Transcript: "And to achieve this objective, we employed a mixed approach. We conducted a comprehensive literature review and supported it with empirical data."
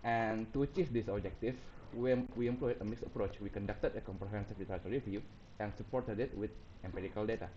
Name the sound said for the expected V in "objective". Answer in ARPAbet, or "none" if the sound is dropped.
W